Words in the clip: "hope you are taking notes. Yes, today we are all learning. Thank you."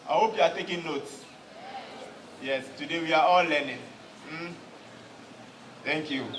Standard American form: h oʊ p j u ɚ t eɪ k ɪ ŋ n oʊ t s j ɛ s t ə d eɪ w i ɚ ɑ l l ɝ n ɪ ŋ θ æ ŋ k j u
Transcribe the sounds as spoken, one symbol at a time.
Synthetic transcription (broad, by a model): h oʊ p j u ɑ t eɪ k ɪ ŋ n oʊ t s j ɛ s t ə d eɪ w i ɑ ɑ l l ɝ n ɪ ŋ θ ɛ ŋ k j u